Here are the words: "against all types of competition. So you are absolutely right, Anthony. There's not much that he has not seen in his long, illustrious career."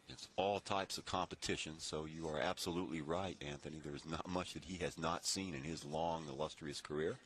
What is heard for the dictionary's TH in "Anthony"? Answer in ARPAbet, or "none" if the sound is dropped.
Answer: TH